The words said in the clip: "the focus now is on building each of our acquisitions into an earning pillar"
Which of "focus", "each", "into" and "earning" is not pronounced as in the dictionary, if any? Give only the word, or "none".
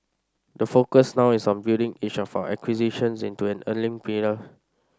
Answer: earning